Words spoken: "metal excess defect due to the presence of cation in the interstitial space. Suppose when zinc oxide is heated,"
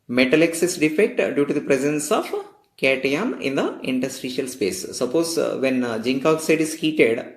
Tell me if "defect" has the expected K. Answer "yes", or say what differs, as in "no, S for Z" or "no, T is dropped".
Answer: yes